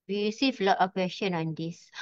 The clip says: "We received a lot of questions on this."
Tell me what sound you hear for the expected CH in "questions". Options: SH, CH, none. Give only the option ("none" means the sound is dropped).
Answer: SH